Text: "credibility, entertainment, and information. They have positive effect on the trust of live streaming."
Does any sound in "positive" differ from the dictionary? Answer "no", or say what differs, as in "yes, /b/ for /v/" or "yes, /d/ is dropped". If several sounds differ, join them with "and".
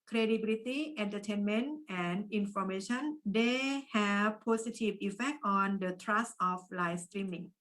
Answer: yes, /s/ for /z/